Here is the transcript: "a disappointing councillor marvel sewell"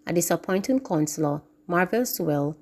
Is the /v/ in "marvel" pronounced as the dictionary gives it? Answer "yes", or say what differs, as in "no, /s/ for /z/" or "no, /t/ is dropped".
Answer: yes